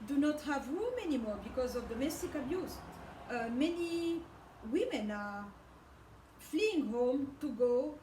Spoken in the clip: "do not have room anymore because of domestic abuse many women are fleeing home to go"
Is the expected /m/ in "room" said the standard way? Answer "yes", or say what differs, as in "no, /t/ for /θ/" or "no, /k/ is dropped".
yes